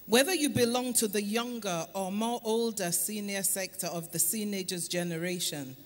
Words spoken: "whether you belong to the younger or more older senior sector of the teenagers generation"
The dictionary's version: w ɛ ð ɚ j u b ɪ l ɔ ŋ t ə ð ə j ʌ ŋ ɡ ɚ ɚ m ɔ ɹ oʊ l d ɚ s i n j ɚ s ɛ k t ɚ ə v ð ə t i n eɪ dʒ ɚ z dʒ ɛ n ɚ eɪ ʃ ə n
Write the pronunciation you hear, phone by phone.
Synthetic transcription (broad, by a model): w ɛ ð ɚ j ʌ b ɪ l ɔ ŋ t ə ð ə j ʌ ŋ ɡ ɚ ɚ m ɔ ɹ oʊ l d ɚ s i n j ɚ s ɛ k t ɚ ə v ð ə s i n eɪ dʒ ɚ z dʒ ɛ n ɚ eɪ ʃ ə n